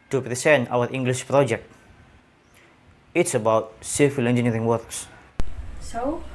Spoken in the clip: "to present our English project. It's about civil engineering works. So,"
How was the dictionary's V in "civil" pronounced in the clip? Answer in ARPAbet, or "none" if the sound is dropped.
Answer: F